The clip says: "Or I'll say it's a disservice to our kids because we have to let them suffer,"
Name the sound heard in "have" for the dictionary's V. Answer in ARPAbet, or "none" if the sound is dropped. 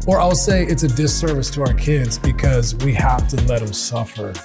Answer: F